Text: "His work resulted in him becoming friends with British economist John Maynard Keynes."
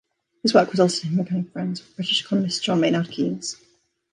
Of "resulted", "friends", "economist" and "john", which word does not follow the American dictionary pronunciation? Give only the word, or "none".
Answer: resulted